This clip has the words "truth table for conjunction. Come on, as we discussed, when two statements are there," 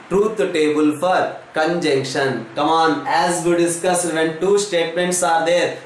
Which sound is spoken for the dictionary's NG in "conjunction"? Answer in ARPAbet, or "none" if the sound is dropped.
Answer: NG